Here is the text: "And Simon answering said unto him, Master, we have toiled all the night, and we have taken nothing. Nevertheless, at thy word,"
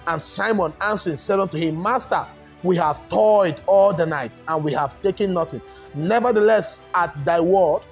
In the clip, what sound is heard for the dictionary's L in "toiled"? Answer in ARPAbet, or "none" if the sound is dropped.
none